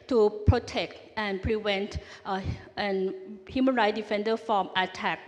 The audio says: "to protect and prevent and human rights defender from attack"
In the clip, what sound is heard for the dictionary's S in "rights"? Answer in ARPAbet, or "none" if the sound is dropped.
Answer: none